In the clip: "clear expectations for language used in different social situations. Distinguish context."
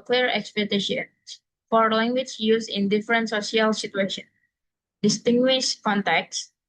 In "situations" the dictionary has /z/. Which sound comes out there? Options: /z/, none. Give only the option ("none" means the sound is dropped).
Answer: none